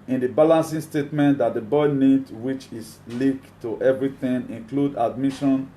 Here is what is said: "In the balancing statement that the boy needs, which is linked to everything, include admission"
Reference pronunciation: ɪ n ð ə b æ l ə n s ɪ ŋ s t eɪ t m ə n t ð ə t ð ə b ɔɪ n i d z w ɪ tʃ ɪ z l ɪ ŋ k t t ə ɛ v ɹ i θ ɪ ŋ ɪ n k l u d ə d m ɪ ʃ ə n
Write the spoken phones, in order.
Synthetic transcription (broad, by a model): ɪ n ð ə b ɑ l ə n s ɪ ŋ s t eɪ t m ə n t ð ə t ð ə b ɔɪ n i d w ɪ tʃ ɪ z l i k t t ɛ v ɹ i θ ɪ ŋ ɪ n k l u d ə d m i ʃ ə n